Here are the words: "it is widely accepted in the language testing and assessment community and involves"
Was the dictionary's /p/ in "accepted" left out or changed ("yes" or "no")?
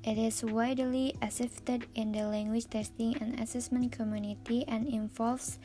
yes